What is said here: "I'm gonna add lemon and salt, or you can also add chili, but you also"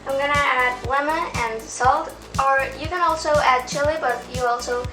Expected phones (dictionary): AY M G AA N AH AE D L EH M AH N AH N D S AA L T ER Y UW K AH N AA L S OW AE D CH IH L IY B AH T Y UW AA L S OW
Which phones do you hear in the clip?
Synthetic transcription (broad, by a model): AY M G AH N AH AE D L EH M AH AH N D S AA L T ER Y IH K AH N AA L S OW AE D CH IH L IY B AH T Y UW AA L S OW